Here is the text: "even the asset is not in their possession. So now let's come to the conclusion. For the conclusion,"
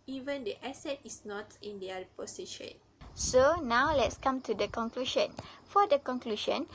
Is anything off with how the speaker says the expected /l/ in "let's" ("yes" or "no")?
no